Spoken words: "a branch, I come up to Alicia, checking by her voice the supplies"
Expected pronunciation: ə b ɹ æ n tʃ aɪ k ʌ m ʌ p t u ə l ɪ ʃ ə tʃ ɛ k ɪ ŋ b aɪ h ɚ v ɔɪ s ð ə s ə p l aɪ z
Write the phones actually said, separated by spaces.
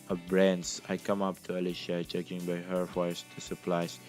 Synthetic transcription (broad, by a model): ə b ɹ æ n s aɪ k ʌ m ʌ p t u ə l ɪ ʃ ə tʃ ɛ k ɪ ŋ b aɪ h ɚ f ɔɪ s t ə s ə p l aɪ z